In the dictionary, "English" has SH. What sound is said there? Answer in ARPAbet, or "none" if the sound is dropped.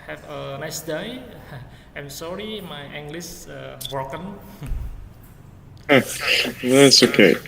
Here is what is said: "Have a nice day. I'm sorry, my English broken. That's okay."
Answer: S